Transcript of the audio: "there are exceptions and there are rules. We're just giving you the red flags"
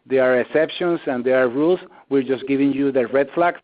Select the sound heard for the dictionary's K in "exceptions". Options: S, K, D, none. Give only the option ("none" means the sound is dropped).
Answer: none